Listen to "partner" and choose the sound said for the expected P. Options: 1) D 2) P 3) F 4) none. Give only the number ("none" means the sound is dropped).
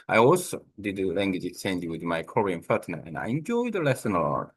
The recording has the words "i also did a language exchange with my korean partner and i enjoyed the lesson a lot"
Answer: 3